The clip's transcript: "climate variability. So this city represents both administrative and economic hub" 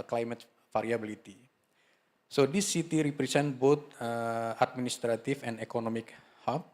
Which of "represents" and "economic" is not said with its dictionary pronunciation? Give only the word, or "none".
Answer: represents